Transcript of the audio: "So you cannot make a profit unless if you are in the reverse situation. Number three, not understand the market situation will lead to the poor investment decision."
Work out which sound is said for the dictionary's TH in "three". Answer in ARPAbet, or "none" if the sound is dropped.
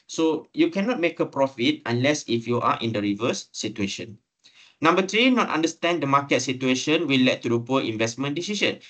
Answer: T